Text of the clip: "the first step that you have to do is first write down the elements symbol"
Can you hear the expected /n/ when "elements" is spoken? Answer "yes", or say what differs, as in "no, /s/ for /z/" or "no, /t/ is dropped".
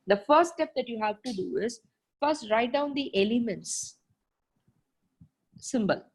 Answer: yes